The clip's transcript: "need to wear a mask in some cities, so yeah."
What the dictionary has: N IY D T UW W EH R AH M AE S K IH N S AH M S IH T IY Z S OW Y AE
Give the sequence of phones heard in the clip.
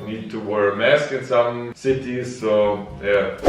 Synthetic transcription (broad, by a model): N IY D T UW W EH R M AE S K IH N S AH M S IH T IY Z S OW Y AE